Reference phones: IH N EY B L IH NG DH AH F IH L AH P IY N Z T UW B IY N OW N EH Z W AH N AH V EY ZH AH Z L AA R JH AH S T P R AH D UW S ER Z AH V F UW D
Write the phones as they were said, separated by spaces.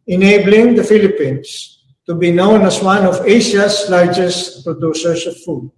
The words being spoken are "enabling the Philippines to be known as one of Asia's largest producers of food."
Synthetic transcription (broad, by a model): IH N EY B L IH NG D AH F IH L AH P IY N S T UW B IY N OW N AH S W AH N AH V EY S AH S L AA R JH AH S T P R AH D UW S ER S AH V F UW D